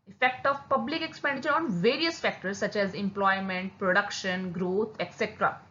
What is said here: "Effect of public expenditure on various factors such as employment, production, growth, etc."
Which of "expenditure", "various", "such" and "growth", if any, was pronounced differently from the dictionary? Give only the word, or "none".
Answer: growth